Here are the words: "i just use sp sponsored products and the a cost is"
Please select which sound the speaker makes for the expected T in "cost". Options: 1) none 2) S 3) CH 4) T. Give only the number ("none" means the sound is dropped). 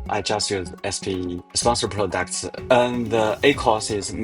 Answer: 1